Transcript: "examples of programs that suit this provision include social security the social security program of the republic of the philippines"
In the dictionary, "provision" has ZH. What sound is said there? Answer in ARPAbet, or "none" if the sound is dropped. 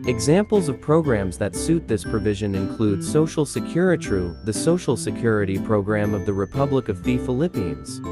ZH